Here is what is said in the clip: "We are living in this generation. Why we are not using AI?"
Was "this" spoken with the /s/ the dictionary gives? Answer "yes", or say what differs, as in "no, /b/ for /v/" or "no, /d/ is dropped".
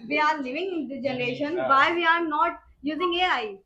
no, /s/ is dropped